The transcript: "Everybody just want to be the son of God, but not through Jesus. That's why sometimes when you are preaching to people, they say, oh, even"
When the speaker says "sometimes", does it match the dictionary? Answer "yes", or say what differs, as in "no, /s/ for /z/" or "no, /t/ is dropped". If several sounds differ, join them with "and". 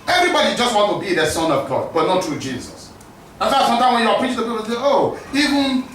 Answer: no, /z/ is dropped